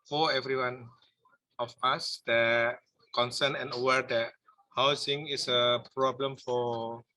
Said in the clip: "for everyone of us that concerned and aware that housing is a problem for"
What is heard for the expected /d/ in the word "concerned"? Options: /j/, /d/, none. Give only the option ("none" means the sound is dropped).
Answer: none